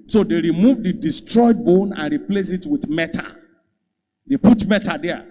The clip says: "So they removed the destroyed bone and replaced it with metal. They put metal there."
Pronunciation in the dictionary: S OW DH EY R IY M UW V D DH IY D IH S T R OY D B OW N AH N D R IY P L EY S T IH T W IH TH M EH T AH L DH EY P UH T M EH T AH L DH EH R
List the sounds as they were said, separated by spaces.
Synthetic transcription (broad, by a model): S OW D EY R IY M UW V D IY D IH S T R OY D B OW N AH N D R IY P L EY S IH T W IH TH M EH T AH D EY P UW T M EH T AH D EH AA